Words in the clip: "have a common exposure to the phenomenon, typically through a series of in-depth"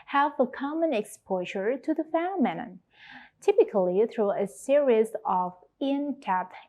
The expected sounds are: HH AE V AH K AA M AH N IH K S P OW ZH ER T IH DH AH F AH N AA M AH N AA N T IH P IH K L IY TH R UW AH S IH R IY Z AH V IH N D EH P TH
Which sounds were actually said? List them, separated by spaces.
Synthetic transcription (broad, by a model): HH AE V AH K AA M AH N IH K S P OW ZH ER T IH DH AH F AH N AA M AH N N T IH P IH K L IY TH R UW AH S IH R IY Z AH V IH N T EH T